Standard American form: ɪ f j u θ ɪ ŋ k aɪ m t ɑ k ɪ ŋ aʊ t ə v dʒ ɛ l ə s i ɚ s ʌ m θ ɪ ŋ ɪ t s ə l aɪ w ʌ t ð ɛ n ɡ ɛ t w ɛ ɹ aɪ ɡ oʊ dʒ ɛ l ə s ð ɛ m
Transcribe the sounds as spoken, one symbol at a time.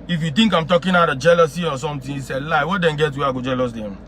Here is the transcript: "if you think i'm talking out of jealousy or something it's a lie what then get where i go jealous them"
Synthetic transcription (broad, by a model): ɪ f j u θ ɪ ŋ k aɪ m t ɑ k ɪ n aʊ t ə dʒ ɛ l ə s i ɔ s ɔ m t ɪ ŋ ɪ s ə l aɪ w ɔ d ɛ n ɡ ɛ t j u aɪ ɡ oʊ dʒ ɛ l ə s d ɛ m